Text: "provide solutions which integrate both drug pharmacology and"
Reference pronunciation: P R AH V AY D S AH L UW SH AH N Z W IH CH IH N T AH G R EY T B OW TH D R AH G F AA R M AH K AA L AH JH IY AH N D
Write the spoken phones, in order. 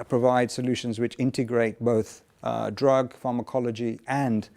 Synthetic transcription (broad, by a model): P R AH V AY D S AH L UW SH AH N Z W IH CH IH N T AH G R EY T B OW TH D R AH G F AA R M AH K AA L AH JH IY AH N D